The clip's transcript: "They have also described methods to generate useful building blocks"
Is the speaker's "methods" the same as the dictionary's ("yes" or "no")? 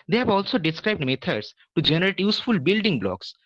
no